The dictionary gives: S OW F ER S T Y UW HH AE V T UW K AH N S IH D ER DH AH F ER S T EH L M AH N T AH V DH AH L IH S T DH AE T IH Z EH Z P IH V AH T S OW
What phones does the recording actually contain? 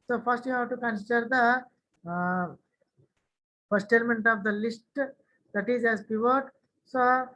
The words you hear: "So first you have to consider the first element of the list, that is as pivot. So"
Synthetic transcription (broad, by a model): S OW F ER S T Y UW HH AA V T UW K AH N S IH D ER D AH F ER S T EH L M AH N T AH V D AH L IH S T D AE T IH Z EH Z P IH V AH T S OW